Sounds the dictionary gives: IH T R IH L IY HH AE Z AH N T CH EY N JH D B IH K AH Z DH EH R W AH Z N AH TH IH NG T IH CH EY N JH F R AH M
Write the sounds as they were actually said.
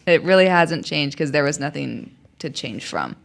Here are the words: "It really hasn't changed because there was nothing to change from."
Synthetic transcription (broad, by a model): IH T R IH L IY HH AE Z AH N CH EY N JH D K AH Z DH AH R W AH Z N AH TH IH NG T IH CH EY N ZH F R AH M